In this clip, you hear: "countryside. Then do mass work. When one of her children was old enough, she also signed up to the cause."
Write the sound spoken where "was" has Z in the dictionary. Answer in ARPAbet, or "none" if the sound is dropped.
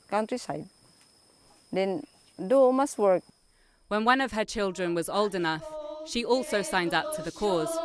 Z